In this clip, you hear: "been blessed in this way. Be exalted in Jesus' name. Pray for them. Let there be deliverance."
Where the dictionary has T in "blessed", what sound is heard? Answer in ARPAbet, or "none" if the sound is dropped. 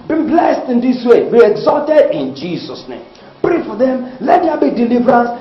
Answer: T